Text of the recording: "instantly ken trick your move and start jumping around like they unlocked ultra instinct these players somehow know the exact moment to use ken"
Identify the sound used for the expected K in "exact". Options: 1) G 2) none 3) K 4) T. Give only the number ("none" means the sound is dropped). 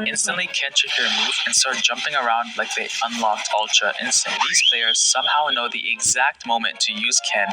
3